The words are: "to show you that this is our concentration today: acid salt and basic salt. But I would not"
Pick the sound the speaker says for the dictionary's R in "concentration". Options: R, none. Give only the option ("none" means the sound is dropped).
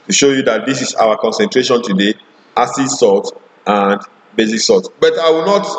R